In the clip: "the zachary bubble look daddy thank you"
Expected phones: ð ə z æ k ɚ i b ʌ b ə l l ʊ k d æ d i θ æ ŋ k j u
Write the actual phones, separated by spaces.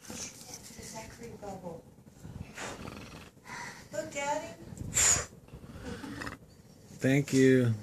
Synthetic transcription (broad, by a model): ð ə s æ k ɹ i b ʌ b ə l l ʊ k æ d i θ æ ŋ k j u